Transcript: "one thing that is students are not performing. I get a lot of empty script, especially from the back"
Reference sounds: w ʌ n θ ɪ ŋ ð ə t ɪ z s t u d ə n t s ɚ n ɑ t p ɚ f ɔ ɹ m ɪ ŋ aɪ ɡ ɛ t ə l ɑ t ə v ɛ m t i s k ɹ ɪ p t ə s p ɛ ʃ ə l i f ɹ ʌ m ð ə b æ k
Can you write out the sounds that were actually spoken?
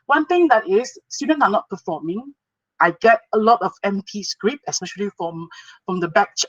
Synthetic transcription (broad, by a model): w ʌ n t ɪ ŋ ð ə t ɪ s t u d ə n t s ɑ n ɑ t p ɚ f ɔ m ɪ ŋ aɪ ɡ ɛ t ə l ɑ t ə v ɛ m t i s k ɹ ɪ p ə s p ɛ ʃ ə l i f ɹ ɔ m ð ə b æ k